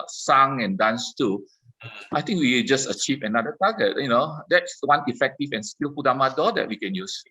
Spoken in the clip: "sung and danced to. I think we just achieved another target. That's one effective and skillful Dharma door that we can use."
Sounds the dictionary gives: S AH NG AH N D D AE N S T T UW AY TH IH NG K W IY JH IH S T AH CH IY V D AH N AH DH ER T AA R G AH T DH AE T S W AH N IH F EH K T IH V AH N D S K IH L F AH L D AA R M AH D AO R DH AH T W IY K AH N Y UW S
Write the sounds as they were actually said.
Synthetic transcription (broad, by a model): S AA NG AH N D D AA N S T T UW AY T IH NG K W IY JH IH S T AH CH IY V AH N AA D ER T AA G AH T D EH T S W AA N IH F EH K T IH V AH N S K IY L P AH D AA M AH D AO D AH T W IY K AH N Y UW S